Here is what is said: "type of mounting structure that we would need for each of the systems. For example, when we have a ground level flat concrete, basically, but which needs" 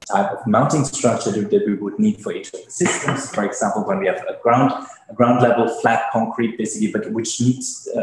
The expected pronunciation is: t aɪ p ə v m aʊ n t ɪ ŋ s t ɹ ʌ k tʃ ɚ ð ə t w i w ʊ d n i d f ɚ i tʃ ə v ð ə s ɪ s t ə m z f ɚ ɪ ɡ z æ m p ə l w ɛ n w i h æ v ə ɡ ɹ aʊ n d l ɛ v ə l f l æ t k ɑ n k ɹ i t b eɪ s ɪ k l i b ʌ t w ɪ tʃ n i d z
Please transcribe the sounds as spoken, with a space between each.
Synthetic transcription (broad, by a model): t aɪ p ə v m aʊ n t ɪ ŋ s t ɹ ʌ k tʃ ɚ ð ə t w i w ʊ d n i d f ɚ i tʃ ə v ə s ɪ s t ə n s f ɚ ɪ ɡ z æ m p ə l w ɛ n w i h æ v ə ɡ ɹ aʊ n d l ɛ v ə l f l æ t k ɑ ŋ k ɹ i t b eɪ s ɪ k l i b ʌ t w ɪ tʃ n i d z